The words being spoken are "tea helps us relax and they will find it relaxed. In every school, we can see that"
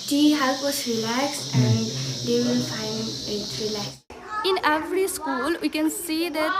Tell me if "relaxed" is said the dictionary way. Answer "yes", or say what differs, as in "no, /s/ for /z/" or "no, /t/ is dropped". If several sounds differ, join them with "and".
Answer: no, /t/ is dropped